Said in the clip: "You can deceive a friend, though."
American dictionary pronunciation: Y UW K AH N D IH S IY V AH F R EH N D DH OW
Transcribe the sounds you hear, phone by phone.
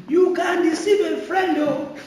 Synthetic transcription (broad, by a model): Y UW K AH N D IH S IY B AH F R EH N D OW